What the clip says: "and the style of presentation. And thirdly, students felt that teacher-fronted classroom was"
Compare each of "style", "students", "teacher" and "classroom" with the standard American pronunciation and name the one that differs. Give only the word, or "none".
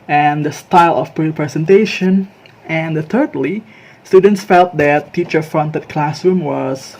none